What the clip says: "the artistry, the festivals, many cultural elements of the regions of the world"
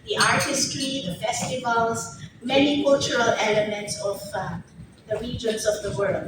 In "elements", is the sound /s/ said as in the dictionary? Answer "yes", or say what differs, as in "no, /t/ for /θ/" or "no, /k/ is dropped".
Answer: yes